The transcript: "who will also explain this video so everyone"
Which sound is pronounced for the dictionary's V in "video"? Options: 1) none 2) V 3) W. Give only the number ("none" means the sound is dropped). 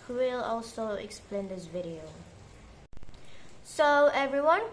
2